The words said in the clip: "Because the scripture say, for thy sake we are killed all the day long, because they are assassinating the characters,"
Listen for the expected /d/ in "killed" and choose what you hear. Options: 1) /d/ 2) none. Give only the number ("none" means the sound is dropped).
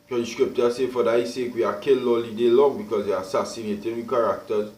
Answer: 2